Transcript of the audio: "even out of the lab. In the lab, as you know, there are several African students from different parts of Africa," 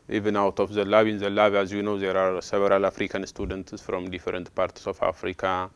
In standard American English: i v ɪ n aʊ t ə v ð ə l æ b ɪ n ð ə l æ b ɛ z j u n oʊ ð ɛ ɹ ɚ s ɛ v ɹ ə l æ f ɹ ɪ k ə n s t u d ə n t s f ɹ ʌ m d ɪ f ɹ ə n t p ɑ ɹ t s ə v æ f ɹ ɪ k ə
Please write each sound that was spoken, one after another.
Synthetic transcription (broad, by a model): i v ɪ n aʊ t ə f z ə l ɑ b ɪ n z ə l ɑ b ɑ z j u n oʊ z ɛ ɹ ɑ s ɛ b ɹ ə l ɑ f ɹ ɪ k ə n s t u d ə n t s f ɹ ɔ m d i f ɹ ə n t p ɑ ɹ t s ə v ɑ f ɹ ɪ k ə